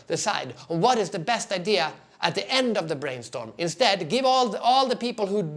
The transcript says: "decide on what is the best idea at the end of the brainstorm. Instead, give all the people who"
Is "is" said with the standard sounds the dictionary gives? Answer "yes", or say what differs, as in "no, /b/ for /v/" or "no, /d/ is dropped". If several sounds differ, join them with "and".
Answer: yes